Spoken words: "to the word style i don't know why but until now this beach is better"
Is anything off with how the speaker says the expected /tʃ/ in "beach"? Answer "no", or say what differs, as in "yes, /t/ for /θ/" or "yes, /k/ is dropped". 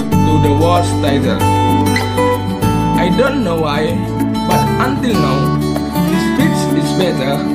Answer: yes, /s/ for /tʃ/